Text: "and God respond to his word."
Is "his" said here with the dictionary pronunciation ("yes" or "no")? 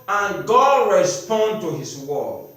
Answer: no